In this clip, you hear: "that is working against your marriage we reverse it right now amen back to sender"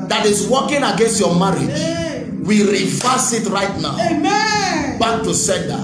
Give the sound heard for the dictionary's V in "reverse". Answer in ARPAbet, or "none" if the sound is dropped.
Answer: F